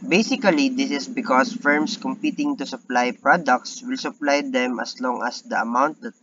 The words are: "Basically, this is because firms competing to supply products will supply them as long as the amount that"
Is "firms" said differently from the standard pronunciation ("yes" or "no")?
yes